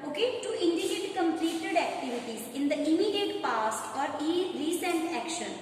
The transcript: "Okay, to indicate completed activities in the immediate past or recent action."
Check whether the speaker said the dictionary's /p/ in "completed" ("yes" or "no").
yes